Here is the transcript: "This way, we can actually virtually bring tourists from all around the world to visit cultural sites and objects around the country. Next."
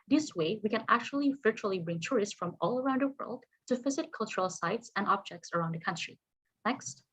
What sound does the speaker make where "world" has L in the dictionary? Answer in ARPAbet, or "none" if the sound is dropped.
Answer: L